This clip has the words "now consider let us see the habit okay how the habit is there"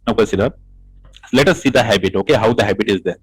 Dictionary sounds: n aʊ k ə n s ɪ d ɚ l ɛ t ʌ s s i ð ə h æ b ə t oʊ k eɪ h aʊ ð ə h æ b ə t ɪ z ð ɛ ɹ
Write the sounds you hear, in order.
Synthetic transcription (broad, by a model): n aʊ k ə s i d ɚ l ɛ t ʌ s s i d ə h æ b ə t oʊ k eɪ h aʊ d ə h æ b ə t ɪ z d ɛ ɹ